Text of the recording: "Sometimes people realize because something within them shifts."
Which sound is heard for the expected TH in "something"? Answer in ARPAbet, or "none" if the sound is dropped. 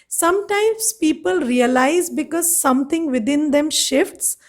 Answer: T